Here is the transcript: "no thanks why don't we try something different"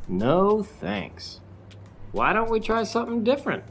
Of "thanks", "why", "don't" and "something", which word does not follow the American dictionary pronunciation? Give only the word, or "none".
none